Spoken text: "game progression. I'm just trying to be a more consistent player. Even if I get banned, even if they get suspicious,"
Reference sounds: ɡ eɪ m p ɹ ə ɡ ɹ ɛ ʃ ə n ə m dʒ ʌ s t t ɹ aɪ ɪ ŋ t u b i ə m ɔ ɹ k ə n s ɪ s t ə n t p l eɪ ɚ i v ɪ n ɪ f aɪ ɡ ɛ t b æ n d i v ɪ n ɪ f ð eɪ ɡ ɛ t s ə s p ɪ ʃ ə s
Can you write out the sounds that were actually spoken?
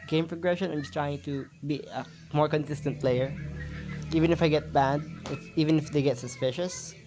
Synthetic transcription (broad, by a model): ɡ eɪ m p ɹ ə ɡ ɹ ɛ ʃ ə n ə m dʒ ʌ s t t ɹ aɪ ɪ ŋ t u b i ə m ɔ ɹ k ə n s ɪ s t ə n t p l eɪ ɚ i v ɪ n ɪ f aɪ ɡ ɛ t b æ d i v ɪ n ɪ f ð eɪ ɡ ɛ t s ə s p ɪ ʃ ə s